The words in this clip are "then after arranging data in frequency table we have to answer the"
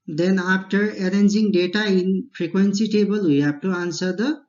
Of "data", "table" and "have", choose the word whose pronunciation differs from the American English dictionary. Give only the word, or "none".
have